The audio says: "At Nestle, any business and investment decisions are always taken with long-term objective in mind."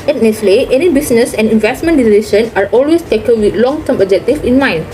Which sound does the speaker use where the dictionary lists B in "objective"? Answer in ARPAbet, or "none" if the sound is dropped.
none